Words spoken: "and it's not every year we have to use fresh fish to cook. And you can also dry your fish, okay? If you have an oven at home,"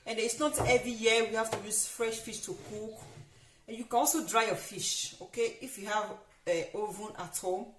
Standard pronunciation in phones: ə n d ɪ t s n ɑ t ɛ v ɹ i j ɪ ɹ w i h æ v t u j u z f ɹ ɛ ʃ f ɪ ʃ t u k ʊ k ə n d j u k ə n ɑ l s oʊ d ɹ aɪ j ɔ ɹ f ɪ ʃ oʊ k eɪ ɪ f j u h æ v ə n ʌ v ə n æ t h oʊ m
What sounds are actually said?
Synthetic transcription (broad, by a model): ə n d ɪ t s n ɑ t ɛ v ɹ i j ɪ w i h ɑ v t u j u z f ɹ ɛ ʃ f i ʃ t u k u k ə n j u k ə n ɑ l s oʊ d ɹ aɪ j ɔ f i ʃ oʊ k eɪ ɪ f j u h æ v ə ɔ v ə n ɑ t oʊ